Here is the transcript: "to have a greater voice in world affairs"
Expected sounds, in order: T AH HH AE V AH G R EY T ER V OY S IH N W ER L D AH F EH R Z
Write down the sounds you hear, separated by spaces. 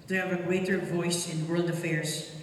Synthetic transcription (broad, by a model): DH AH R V AH G R EY T ER V OY S IH N W ER L D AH F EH R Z